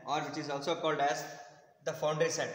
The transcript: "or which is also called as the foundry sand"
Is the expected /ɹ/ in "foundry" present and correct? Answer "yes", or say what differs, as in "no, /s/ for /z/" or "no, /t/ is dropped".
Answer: no, /ɹ/ is dropped